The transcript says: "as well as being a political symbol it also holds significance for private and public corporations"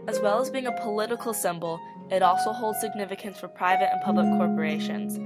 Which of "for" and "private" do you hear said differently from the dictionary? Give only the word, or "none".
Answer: none